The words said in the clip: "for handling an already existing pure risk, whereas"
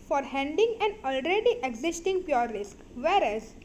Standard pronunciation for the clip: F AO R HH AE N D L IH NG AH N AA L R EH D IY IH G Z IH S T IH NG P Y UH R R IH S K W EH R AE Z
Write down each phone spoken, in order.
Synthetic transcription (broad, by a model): F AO R HH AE N D IH NG AH N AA L R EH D IY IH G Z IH S T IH NG P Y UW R R IH S K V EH R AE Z